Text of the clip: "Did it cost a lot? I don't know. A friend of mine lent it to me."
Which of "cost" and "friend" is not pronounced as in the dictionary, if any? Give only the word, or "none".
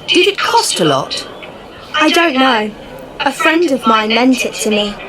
none